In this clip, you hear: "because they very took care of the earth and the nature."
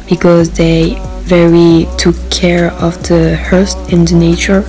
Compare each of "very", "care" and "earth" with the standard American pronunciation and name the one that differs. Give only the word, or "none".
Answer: earth